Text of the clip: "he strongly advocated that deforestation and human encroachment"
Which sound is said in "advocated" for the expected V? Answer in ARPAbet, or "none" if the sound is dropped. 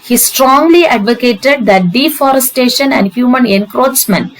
V